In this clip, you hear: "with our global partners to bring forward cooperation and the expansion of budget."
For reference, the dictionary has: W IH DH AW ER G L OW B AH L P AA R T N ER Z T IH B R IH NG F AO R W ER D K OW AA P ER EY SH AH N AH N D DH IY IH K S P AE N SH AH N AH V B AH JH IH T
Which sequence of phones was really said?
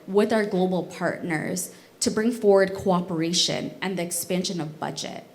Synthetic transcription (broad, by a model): W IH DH AW ER G L OW B L P AA R T N ER Z T IH B R IH NG F AO R W ER D K OW AA P ER EY SH AH N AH N DH IY IH K S P AE N SH AH N AH V B AH JH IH T